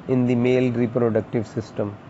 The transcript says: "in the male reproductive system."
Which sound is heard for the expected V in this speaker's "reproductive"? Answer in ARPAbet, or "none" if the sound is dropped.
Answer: V